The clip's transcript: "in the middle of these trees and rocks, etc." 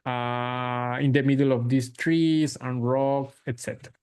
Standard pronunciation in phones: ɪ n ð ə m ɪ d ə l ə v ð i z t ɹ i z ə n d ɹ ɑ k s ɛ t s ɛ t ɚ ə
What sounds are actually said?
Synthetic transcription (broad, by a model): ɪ n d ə m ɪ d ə l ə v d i s t ɹ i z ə n ɹ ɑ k ɛ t s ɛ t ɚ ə